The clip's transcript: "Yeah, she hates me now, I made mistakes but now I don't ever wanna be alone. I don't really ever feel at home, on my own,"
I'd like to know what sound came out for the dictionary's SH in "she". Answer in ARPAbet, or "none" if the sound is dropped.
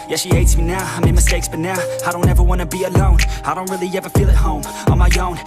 SH